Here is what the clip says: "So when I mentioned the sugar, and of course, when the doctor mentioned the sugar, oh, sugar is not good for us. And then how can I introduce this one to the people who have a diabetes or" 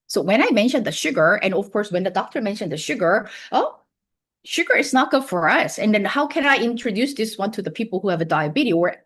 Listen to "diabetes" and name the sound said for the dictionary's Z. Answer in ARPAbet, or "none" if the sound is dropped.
none